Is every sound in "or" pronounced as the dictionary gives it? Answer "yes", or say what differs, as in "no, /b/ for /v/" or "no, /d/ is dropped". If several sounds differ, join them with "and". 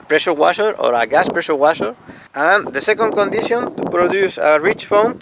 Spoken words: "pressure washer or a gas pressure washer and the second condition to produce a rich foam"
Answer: yes